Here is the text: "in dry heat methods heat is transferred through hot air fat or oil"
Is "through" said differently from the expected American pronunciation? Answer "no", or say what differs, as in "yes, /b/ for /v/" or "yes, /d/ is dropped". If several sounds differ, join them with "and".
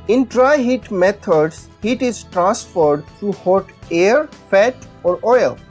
yes, /t/ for /θ/